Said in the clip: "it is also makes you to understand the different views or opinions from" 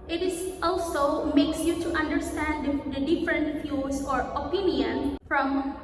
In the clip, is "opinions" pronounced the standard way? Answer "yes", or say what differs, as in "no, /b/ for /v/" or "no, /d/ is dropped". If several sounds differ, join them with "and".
no, /z/ is dropped